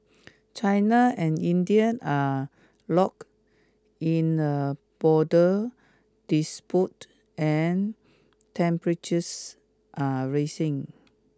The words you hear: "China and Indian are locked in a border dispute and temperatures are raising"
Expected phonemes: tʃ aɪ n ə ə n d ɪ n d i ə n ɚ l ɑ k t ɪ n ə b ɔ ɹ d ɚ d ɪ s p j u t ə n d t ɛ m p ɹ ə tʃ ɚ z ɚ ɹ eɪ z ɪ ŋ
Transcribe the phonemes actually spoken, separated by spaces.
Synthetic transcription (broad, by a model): tʃ aɪ n ə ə n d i n d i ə n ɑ l ɑ k ɪ n ə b ɔ d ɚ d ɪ s p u t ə n t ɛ m p ɹ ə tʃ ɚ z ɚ ɹ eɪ s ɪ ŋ